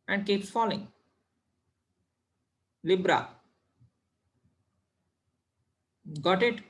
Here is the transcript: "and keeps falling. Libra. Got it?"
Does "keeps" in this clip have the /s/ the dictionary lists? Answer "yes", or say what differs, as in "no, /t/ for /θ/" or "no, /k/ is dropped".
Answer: no, /s/ is dropped